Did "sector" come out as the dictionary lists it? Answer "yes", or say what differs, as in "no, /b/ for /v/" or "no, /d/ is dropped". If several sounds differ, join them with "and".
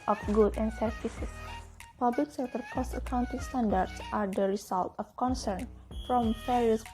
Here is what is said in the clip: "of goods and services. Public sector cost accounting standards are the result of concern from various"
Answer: no, /k/ is dropped